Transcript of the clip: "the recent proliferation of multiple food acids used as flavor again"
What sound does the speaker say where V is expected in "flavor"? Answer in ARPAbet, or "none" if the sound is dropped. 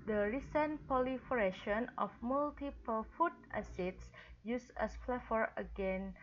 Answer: F